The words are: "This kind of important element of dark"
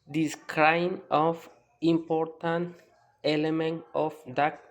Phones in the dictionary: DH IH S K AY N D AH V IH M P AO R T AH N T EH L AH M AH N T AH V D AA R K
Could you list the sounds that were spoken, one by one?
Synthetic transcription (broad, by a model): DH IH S K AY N AH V IH M P AO R T AH N T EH L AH M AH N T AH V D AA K